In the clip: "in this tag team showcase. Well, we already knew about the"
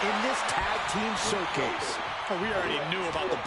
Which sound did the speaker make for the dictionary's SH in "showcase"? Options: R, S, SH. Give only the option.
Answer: S